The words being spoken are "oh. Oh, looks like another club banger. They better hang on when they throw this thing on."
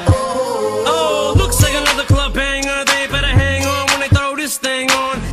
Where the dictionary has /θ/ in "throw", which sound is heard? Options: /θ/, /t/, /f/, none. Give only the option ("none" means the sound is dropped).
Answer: /t/